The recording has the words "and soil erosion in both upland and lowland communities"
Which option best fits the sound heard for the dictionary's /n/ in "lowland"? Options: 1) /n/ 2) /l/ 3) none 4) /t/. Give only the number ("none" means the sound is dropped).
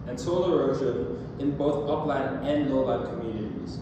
3